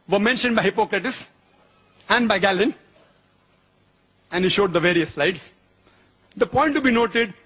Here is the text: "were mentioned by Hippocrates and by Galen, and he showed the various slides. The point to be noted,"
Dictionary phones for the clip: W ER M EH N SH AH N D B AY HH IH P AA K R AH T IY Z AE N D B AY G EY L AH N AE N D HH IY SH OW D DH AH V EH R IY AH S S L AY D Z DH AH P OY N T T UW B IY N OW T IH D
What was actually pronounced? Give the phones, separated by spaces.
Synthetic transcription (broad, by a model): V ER M EH N SH AH N D B AY HH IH P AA K R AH T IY S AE N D B AY G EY L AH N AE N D HH IY SH OW D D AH V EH R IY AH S S L AY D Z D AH P OY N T T UW B IY N OW T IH D